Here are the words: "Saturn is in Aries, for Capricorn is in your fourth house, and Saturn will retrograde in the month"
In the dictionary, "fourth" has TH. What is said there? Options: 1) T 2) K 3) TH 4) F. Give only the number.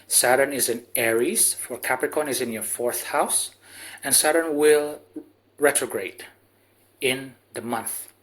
3